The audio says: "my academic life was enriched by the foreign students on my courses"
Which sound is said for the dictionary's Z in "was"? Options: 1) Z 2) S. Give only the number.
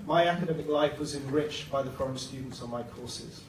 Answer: 1